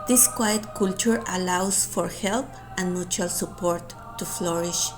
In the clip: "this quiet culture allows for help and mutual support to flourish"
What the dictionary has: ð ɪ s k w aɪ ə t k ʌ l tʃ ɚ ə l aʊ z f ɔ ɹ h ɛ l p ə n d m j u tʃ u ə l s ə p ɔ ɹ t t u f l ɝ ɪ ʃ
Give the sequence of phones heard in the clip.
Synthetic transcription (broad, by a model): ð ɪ s k w aɪ ə t k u l tʃ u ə l aʊ s f ɔ ɹ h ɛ l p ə n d m j u tʃ u ə l s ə p ɔ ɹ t t u f l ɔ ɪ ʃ